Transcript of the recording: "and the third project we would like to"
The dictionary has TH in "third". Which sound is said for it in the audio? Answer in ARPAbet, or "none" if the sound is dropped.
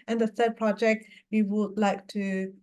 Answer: S